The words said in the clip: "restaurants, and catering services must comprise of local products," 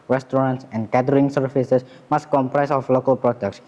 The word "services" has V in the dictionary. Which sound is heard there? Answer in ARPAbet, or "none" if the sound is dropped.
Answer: F